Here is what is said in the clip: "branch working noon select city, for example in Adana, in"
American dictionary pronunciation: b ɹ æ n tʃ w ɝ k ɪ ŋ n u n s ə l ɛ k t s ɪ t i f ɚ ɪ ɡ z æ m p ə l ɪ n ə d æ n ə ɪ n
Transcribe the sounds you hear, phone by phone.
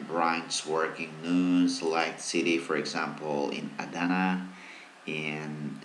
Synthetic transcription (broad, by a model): b ɹ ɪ n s w ɝ k ɪ ŋ n u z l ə ɪ k s ɪ t i f ɚ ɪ ɡ z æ m p l ɪ n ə d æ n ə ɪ n